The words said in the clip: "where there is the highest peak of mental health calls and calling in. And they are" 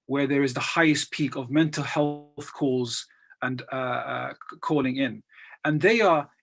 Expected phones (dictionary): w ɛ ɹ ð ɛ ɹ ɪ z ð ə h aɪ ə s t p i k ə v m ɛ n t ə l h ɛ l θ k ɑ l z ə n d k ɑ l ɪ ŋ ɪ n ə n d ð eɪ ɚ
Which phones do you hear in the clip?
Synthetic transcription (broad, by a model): w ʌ ɹ ð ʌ ɹ ɪ z ð ə h aɪ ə s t p i k ə v m ɛ n t l h ɛ l θ k ɑ l z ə n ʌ k ɑ l ɪ ŋ ɪ n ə n ð eɪ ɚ